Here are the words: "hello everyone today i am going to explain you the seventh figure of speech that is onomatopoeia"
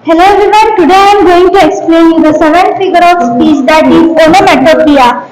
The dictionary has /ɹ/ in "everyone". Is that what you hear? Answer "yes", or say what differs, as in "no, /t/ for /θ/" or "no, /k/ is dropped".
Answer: no, /ɹ/ is dropped